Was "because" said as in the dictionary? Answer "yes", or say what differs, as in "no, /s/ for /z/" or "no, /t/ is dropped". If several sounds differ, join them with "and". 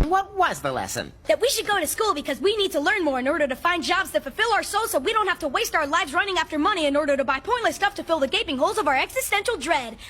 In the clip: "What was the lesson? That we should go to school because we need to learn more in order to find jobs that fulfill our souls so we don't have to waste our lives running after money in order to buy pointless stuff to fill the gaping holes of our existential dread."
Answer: yes